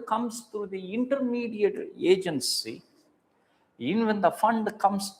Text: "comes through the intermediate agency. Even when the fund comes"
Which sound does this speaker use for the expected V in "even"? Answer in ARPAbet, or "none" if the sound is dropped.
none